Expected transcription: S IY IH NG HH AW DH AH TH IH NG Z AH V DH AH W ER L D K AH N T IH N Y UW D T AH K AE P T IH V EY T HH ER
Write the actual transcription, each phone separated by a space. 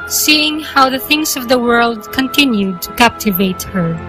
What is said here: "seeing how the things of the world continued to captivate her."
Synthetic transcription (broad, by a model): S IY IH NG HH AW DH AH TH IH NG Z AH V DH AH W ER L D K AH N T IH N Y UW D T AH K AE P T IH V EY T HH ER